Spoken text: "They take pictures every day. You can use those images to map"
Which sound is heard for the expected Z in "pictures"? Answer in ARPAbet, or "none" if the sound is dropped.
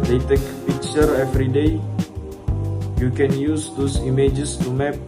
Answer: none